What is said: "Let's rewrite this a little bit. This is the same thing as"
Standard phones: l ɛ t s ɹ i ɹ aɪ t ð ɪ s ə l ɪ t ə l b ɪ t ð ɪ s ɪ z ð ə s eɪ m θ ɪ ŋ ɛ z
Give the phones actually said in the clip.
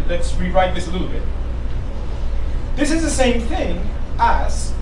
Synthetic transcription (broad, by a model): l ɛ t s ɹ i ɹ aɪ t ð ɪ s ə l ɪ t l b ɪ t ð ɪ s ɪ z ð ə s eɪ m θ ɪ ŋ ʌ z